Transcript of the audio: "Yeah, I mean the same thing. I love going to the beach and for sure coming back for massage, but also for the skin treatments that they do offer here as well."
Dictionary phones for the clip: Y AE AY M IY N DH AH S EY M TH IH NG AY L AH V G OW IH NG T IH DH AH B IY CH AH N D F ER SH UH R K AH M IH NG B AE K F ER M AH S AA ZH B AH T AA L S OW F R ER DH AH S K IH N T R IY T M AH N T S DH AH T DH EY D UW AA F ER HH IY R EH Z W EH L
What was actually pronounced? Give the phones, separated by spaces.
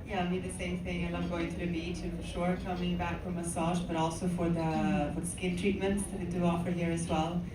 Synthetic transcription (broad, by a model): Y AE AY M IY DH AH S EY M TH IH NG AY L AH G OW IH NG T IH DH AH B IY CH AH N F ER SH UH R K AH M IH NG B AE K F ER M AH S AA ZH B AH T AA L S OW F R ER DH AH S K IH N T R IY T M AH N T S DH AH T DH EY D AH AA F ER HH IY R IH Z W EH L